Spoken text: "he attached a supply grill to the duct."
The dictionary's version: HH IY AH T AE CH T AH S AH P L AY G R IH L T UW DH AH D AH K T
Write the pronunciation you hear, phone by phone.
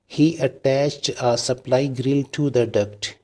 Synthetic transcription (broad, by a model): HH IY AH T AE CH T AH S AH P L AY G R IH L T UW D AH D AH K T